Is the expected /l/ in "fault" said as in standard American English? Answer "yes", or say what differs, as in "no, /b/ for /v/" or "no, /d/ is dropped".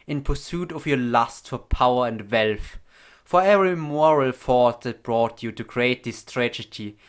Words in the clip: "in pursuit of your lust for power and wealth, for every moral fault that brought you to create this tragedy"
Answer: no, /l/ is dropped